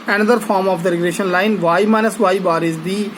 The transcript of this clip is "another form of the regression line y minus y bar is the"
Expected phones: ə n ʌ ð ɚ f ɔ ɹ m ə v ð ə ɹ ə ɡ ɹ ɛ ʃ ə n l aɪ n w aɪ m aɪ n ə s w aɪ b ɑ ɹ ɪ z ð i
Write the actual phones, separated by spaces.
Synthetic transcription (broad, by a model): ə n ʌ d ɚ f ɔ ɹ m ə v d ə ɹ ə ɡ ɹ ɛ ʃ ə n l aɪ n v aɪ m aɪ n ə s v aɪ b ɑ ɹ ɪ z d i